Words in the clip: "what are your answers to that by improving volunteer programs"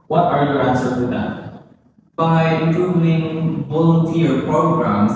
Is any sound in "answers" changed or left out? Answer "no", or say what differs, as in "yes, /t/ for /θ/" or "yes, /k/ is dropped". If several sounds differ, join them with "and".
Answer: yes, /z/ is dropped